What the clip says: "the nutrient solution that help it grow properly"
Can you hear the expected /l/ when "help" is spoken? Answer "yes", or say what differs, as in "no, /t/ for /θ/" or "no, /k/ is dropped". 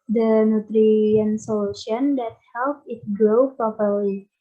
yes